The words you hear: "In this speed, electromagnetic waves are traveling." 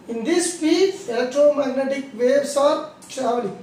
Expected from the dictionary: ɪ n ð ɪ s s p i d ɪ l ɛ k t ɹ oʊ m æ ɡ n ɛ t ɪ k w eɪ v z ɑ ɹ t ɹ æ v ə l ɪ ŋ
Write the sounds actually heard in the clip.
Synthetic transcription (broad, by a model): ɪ n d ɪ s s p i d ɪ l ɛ k t ɹ oʊ m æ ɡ n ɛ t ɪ k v eɪ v s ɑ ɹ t ɹ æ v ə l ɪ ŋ